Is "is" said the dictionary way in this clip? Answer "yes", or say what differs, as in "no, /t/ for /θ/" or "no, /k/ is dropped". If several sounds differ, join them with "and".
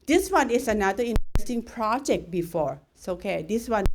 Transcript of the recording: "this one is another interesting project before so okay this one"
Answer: no, /s/ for /z/